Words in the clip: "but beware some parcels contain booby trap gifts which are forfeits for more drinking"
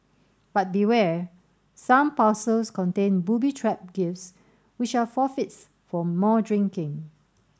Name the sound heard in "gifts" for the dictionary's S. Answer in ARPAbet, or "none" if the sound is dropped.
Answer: S